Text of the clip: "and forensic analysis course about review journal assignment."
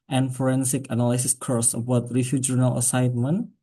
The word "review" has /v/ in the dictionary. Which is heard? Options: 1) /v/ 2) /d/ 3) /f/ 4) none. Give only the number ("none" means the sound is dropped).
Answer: 3